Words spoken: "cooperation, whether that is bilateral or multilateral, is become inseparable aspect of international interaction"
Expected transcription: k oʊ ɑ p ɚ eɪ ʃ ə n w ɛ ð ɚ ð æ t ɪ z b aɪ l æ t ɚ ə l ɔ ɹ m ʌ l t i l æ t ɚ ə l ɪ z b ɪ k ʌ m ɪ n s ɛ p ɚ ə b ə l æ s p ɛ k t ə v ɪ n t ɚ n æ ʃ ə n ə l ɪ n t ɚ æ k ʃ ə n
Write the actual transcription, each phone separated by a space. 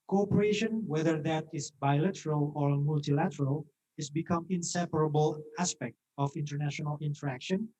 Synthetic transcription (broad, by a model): k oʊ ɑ p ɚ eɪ ʃ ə n w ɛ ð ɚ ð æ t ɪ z b aɪ l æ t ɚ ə l ɔ ɹ m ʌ l t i l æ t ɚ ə l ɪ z b ɪ k ʌ m ɪ n s ɛ p ɚ ə b ə l æ s p ɛ k t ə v ɪ n t ɚ n æ ʃ ə n ə l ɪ n t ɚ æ k ʃ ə n